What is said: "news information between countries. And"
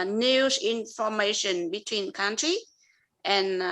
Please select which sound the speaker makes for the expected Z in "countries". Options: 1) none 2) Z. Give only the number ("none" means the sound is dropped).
1